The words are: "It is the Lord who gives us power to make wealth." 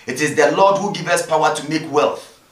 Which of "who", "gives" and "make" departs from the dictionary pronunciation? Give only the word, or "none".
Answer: gives